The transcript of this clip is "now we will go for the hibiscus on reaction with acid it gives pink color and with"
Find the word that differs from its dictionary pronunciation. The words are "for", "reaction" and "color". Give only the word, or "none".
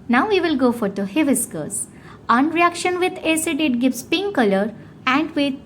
none